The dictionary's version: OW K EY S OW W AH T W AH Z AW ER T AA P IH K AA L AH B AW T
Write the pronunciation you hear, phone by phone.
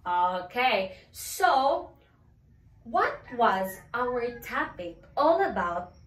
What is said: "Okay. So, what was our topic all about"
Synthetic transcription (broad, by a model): OW K EY S OW W AH T W AH Z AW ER T AA P IH K AA L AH B AW T